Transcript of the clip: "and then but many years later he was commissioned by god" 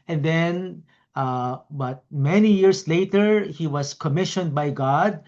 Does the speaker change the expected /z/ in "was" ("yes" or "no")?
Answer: yes